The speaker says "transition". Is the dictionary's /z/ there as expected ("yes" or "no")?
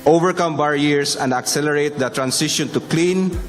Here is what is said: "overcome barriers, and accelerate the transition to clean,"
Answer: no